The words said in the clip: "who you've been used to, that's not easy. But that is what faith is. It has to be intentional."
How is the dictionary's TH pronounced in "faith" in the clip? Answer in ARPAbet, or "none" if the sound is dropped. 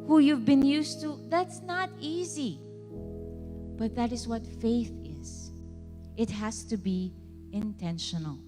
TH